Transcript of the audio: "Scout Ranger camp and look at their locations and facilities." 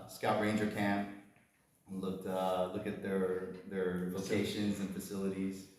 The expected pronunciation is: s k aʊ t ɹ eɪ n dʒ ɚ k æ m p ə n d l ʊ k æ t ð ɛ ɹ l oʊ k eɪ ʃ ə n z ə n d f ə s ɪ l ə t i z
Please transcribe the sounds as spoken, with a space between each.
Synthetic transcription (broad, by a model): s k aʊ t ɹ eɪ n dʒ ɚ k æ m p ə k l ʊ k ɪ t ð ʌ ɹ l oʊ k eɪ ʃ ə n z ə n f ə s ɪ l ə t i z